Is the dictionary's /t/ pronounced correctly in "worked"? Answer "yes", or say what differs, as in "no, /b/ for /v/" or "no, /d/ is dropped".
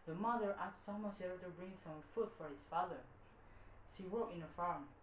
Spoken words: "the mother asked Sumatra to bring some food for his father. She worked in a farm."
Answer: no, /t/ is dropped